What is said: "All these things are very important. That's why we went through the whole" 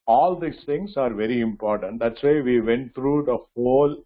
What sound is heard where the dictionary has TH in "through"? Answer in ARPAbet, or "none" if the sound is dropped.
T